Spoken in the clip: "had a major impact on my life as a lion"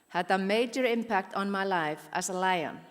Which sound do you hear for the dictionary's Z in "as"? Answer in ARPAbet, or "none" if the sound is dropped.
S